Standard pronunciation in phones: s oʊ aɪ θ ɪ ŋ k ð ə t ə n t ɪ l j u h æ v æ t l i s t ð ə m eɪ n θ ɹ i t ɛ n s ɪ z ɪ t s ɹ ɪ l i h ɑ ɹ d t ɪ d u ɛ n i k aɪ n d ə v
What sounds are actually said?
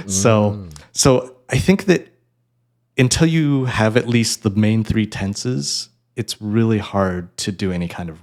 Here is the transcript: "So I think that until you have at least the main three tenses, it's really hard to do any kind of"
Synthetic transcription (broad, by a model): s oʊ aɪ θ ɪ ŋ k ð ə t ə n t ɪ l j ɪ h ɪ v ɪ t l i s t ð ə m eɪ n θ ɹ i t ɛ n s ɪ z ɪ t s ɹ ɪ l i h ɑ ɹ d t ɪ d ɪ ɛ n i k aɪ n d ə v